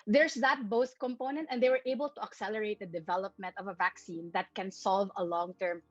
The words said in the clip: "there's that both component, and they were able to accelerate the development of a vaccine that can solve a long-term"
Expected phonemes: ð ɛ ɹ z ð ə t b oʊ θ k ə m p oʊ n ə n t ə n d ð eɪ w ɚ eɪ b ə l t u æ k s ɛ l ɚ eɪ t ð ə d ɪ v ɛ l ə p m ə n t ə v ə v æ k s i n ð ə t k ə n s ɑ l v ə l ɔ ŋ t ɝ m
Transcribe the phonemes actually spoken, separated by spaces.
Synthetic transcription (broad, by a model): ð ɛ ɹ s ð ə t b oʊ s k ə m p oʊ n ə n t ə n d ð eɪ w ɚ eɪ b ə l t u æ k s ɛ l ɚ eɪ t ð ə d ɪ v ɛ l ə p m ə n t ə v ə v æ k s i n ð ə t k ə n s ɑ l v ə l ɔ ŋ t ɝ m